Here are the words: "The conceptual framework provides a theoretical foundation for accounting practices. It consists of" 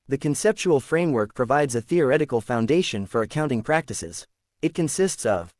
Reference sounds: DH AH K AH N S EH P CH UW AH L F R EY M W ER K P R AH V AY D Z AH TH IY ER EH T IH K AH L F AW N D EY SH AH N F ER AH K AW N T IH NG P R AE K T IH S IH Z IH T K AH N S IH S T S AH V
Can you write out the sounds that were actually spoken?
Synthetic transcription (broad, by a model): DH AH K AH N S EH P CH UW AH L F R EY M W ER K P R AH V AY D Z AH TH IY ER EH T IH K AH L F AW N D EY SH AH N F ER AH K AW N T IH NG P R AE K T IH S IH Z IH T K AH N S IH S T S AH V